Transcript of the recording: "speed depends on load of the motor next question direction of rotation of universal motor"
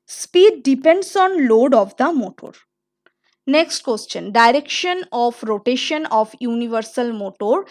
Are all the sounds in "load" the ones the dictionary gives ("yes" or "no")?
yes